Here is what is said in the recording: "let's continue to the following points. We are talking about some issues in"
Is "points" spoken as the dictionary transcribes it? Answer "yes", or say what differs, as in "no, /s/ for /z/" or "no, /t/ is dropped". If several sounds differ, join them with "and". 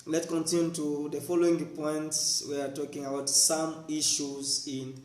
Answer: yes